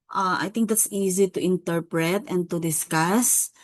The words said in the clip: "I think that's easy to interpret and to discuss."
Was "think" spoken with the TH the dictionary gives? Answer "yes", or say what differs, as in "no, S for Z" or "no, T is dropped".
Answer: no, T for TH